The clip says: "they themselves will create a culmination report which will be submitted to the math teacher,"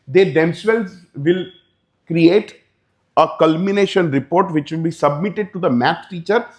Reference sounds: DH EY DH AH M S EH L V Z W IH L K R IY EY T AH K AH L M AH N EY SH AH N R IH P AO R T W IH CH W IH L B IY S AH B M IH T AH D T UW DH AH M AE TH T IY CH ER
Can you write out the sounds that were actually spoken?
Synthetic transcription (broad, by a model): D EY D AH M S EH L Z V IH L K R IY EY T AH K AH L M AH N EY SH AH N R IH P AO R T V IH CH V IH L B IY S AH B M IH T AH D T UW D AH M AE S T IY CH ER